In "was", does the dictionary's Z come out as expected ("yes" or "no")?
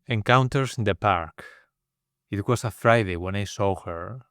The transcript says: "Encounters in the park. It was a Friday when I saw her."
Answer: no